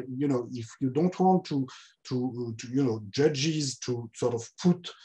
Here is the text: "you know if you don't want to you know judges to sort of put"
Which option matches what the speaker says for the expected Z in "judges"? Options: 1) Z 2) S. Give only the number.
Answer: 1